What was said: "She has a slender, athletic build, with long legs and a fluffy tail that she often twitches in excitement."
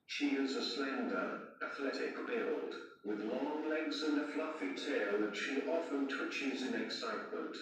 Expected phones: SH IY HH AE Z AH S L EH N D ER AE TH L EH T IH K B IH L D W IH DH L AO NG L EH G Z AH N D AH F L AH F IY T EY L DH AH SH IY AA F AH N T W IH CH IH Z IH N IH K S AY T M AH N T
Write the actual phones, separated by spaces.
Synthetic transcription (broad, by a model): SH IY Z AH S L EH N D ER AE TH L EH T IH K B IH L D W IH DH L AO NG L EH G Z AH N AH F L AH F IY T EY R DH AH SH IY AA F AH N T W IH CH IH Z IH N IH K S AY T M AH N T